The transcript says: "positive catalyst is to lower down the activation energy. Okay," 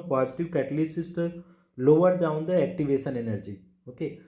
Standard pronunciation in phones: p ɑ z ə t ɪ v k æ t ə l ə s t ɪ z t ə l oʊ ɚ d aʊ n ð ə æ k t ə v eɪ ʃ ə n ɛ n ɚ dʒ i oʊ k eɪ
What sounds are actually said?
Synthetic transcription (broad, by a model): p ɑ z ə t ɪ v k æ t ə l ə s ɪ s t ə l oʊ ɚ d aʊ n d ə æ k t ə v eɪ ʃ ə n ɛ n ɚ dʒ i oʊ k eɪ